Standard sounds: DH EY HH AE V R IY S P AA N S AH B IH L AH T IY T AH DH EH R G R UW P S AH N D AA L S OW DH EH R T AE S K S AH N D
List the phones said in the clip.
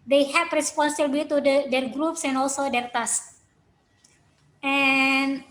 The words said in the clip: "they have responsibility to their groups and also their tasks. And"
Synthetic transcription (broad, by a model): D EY HH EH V R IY S P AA N S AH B L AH T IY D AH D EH R G R UW P S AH N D AA L S OW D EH R T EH S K AH N